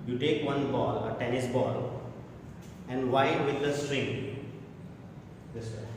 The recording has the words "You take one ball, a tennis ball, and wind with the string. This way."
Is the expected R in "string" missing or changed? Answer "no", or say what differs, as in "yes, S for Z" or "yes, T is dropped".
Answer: no